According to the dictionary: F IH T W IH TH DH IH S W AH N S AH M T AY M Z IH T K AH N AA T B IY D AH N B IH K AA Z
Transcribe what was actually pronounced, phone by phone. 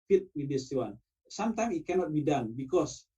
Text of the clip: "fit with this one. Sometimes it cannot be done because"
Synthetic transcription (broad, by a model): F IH T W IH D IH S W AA N S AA M T AY M IH T K AH N AA T B IY D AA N B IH K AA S